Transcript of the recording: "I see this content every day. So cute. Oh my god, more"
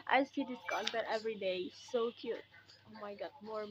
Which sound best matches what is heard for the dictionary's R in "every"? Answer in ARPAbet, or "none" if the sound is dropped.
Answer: R